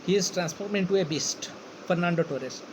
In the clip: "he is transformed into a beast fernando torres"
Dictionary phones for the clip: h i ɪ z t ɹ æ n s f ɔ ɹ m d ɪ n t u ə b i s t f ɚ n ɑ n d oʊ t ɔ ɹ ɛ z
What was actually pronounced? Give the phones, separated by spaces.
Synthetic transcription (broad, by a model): h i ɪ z t ɹ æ n s p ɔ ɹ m ɪ n t u ə b i s t f ɚ n ɑ n d oʊ t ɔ ɹ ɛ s